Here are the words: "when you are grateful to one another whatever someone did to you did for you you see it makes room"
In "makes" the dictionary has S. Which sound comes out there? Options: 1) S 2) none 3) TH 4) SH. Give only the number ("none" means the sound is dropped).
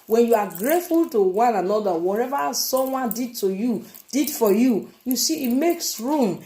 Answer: 1